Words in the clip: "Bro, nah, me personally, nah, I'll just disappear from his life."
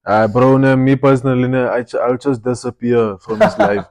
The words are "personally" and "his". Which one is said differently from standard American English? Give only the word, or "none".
his